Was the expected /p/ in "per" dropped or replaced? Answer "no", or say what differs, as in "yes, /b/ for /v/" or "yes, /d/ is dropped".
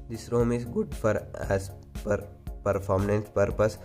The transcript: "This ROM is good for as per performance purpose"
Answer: no